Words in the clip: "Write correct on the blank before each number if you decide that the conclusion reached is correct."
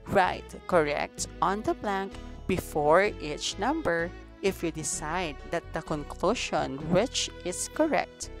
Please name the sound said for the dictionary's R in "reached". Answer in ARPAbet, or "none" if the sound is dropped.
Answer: W